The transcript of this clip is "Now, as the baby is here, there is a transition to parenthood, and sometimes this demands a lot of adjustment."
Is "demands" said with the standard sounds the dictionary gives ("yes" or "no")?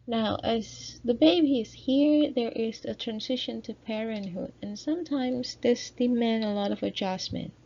no